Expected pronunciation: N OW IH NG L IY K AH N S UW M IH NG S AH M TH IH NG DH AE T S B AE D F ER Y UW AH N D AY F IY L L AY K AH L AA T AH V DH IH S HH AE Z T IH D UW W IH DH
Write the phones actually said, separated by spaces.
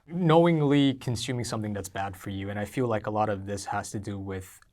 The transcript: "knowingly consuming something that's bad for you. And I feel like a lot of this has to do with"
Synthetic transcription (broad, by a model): N OW IH NG L IY K N S UW M IH NG S AH M TH IH NG DH AE T S B AE D F ER Y UW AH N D AY F IY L L AY K AH L AA T AH V DH IH S HH AE Z T IH D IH W IH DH